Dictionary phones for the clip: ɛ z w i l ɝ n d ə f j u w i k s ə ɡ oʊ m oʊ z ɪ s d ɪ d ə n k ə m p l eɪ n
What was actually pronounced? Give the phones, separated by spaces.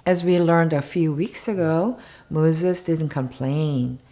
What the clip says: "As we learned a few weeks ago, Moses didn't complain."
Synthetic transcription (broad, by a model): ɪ z w i l ɝ n d ə f j u w i k s ə ɡ oʊ m oʊ z ɪ s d ɪ d n k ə m p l eɪ n